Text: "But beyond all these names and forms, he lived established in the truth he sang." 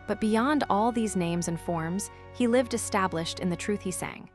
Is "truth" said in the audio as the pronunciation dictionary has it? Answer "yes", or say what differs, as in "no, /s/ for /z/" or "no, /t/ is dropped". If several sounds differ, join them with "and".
yes